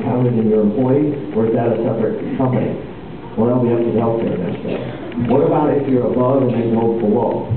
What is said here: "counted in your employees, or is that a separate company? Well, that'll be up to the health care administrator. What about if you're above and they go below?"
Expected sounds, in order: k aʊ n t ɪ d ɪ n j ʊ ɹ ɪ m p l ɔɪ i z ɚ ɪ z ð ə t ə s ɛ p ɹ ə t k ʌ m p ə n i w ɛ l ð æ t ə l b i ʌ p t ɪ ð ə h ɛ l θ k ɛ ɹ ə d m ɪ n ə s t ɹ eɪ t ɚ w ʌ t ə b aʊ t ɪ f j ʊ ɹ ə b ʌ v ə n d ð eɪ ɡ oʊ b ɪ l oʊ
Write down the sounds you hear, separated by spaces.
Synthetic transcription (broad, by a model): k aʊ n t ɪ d ɪ n j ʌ ɹ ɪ m p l ɔɪ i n ɚ ɪ z ð ə t ə s ɛ p ɹ ə t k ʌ m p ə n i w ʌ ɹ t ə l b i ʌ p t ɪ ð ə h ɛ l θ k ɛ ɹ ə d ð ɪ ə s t eɪ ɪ w ʌ t ə b aʊ t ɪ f j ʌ ɹ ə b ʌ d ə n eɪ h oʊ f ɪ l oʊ